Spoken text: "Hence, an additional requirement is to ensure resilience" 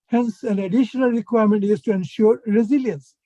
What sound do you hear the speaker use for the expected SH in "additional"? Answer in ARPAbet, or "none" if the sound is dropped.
SH